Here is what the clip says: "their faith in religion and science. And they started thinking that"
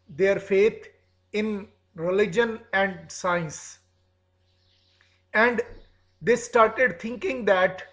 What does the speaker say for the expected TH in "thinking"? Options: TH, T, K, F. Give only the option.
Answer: T